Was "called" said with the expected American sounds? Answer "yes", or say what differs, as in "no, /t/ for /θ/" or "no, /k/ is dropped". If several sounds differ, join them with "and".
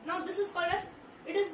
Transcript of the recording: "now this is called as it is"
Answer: no, /l/ is dropped